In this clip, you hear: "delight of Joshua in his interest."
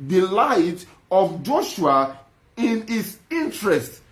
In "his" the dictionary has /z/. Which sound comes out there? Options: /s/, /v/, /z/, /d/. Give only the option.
/s/